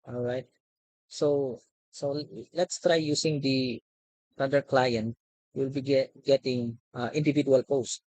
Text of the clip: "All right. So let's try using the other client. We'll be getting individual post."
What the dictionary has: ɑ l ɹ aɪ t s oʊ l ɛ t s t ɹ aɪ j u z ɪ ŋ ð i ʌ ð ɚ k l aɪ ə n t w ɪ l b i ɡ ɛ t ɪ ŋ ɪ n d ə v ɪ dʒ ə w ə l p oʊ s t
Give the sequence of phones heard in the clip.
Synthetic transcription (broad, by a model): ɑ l ɹ aɪ t s oʊ l ɛ t s t ɹ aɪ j u s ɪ ŋ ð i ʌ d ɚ k l aɪ ə n t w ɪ l b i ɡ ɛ t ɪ ŋ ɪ n d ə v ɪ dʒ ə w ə l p oʊ s t